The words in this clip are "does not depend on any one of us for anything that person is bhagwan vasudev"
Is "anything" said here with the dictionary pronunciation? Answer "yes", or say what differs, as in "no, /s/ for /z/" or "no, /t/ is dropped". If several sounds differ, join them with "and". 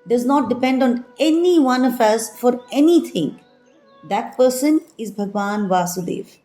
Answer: no, /t/ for /θ/